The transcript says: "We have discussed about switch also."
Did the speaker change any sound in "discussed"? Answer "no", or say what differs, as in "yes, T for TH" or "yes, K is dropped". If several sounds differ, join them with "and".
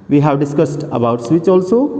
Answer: no